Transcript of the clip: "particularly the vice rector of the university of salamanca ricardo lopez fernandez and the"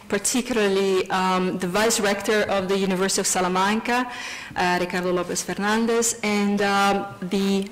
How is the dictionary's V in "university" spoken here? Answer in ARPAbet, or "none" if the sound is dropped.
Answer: V